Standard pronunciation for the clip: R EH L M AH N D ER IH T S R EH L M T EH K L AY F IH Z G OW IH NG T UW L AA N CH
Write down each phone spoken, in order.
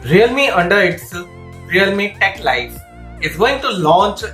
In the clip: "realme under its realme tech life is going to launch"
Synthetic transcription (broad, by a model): R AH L M AH N D ER IH T S R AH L M T EH K L AY F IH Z G OW IH NG T UW L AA N CH